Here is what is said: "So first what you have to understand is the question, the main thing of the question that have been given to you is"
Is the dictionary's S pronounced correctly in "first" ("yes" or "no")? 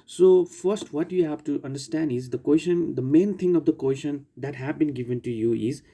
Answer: yes